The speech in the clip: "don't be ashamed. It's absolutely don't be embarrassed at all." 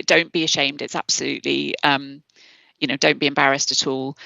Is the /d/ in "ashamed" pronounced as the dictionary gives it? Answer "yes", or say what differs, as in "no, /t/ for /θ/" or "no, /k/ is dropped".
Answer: yes